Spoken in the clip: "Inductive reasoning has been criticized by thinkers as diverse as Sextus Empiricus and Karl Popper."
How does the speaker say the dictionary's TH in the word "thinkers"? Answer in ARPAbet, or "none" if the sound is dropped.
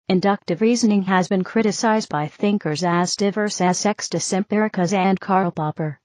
TH